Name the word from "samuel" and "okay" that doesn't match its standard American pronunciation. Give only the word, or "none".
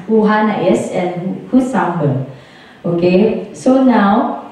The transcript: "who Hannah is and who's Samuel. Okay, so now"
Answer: samuel